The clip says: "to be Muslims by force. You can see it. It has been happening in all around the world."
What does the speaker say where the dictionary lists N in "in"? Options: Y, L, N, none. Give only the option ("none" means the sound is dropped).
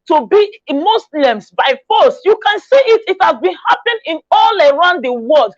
L